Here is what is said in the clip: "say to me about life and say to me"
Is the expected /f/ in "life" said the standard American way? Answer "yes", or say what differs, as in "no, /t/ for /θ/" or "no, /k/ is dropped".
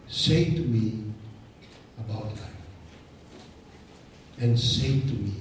no, /f/ is dropped